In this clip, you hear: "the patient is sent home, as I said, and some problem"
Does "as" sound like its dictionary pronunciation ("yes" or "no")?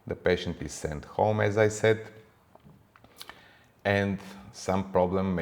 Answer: yes